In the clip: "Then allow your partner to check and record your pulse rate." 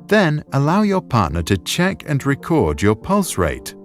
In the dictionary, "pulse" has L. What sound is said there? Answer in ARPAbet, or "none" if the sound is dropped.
L